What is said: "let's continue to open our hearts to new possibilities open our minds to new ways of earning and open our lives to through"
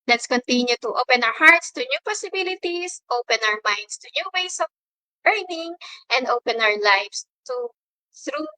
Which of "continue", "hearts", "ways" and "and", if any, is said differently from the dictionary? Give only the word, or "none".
ways